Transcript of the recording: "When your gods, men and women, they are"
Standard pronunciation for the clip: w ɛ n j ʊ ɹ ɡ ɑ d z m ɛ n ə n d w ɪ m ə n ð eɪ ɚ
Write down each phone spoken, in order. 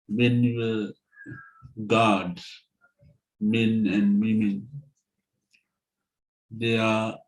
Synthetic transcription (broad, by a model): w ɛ n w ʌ ɡ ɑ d m ɛ n ə n d w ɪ m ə n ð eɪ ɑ